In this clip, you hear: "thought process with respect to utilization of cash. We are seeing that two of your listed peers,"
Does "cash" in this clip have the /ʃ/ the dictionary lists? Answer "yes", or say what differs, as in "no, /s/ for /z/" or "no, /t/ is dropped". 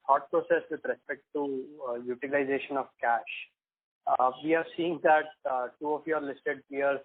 yes